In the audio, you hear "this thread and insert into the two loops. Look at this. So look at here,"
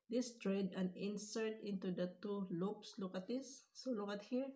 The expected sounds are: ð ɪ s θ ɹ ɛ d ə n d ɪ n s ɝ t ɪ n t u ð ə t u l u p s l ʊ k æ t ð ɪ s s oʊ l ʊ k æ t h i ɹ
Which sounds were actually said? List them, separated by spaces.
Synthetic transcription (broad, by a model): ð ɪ s t ɹ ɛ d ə n ɪ n s ɝ t ɪ n t u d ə t u l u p s l ʊ k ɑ t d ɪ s s oʊ l ʊ k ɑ t h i ɹ